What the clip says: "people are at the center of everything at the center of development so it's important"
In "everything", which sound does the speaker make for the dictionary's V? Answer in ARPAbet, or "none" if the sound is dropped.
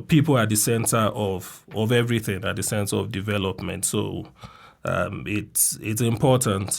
V